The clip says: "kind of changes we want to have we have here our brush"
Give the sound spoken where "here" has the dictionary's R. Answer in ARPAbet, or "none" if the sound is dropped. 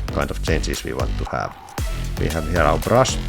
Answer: L